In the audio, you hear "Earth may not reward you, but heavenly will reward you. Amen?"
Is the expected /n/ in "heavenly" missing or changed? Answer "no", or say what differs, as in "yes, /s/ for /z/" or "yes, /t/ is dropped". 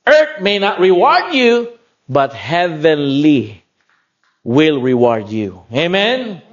no